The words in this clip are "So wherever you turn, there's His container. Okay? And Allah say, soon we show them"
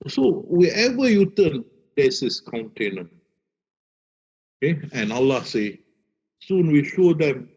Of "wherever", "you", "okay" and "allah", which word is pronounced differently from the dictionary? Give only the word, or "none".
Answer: wherever